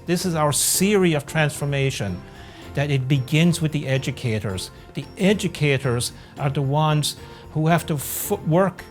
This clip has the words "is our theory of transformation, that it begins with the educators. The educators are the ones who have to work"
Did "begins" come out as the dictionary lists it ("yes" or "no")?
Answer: yes